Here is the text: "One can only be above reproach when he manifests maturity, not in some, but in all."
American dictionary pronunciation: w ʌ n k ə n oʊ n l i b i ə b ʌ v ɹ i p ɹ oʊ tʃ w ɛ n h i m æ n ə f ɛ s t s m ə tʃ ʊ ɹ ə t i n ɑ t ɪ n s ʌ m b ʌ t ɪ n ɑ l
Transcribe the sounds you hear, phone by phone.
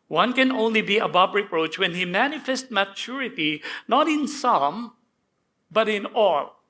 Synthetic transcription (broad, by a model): w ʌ n k ə n oʊ n l i b i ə b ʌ b ɹ i p ɹ oʊ tʃ w ɛ n h i m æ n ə f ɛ s t m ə tʃ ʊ ɹ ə t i n ɑ t ɪ n s ʌ m b ʌ t ɪ n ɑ l